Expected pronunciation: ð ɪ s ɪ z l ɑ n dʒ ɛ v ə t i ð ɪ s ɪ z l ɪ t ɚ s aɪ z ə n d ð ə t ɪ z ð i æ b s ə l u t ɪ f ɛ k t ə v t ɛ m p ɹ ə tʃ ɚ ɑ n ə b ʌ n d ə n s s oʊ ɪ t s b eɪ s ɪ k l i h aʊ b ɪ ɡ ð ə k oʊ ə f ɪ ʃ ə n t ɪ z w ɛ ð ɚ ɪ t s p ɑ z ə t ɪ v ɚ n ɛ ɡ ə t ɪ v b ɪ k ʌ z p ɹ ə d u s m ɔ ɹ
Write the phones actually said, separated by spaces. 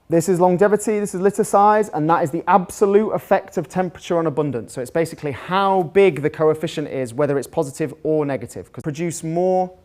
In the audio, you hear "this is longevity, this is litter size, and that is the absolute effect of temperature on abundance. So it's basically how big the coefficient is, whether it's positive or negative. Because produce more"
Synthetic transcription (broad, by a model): ð ɪ s ɪ z l ɑ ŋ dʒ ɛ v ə t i ð ɪ s ɪ z l ɪ t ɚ s aɪ z ə n ð ə t ɪ z ð i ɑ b s ə l u t ɪ f ɛ k t ə v t ɛ m p ɹ ə tʃ ɚ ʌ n ə b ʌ n d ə n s s oʊ ɪ t s b eɪ s ɪ k l i h aʊ b ɪ ɡ ð ə k oʊ ə f ɪ ʃ ə n t ɪ z w ɛ ð ɚ ɪ t s p ɑ z ə t ɪ v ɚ n ɛ ɡ ə t ɪ v k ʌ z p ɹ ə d u s m ɔ